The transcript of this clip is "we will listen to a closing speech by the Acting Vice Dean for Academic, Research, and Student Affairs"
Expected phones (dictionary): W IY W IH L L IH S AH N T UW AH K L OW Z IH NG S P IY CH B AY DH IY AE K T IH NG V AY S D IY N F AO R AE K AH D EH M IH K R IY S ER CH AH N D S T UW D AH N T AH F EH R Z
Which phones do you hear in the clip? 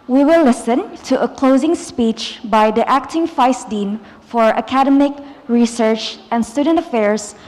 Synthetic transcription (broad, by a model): W IY W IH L L IH S AH N T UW AH K L OW Z IH NG S P IY CH B AY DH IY AE K T IH NG F AY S D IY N F AO R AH K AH D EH M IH K R IY S ER CH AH N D S T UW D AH N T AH F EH R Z